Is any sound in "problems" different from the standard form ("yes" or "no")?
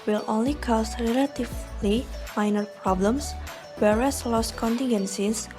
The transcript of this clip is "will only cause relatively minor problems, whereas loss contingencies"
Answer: yes